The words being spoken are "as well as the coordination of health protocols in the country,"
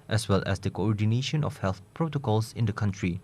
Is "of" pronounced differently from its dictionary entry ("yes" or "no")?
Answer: yes